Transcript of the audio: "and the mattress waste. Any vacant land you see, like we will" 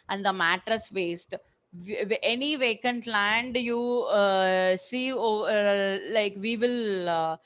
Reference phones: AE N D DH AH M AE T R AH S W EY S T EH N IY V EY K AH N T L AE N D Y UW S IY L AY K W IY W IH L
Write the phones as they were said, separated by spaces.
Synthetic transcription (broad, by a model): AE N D AH M AE T R AH S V EY S T EH N IY V EY K AH N T L AE N D Y UW S IY L AY K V IY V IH L